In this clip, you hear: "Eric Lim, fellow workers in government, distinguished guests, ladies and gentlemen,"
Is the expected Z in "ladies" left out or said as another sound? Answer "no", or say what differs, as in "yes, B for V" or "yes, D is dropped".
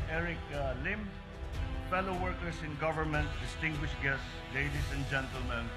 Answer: yes, S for Z